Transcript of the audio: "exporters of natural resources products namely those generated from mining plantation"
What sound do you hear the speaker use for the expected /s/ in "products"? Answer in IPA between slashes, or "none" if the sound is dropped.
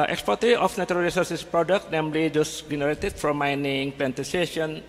none